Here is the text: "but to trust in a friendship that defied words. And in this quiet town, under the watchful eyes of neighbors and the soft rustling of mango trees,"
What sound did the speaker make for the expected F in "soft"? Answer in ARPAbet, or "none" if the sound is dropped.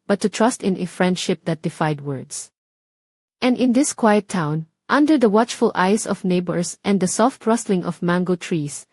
F